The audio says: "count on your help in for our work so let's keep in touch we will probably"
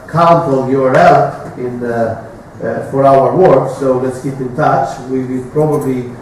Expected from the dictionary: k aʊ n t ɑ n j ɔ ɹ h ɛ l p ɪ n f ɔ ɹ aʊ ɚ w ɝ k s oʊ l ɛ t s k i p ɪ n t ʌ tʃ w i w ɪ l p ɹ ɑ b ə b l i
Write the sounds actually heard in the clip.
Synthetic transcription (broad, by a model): k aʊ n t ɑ l j ɔ ɹ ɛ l ɪ n f ɔ ɹ aʊ ɚ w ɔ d s oʊ l ɛ t s k i p ɪ n t ʌ tʃ w i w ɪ p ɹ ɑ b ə b l i